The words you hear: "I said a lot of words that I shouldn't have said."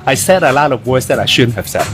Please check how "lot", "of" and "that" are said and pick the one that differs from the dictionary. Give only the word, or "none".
none